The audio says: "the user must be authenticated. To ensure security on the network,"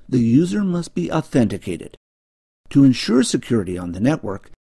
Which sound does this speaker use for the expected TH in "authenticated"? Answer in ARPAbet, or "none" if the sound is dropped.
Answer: TH